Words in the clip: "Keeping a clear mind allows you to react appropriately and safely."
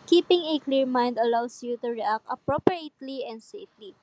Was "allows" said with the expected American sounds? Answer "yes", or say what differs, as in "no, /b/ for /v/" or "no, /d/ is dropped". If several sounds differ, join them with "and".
no, /s/ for /z/